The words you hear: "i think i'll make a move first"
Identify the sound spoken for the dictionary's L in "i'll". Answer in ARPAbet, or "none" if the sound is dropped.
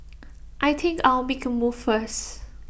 W